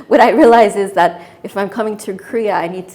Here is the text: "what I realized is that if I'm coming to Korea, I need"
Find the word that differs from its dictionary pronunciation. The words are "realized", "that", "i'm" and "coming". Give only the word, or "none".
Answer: realized